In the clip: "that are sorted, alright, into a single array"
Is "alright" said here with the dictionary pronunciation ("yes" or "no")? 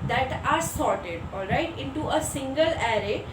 yes